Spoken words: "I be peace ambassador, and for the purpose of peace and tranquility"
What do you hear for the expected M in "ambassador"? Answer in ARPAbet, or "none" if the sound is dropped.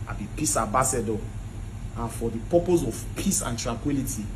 none